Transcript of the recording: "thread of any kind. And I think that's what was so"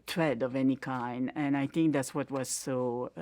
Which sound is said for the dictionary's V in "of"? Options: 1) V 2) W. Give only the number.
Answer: 1